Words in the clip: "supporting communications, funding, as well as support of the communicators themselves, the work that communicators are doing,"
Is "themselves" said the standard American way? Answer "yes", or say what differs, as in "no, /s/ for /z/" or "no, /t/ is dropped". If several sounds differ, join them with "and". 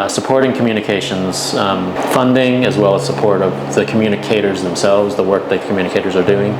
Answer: yes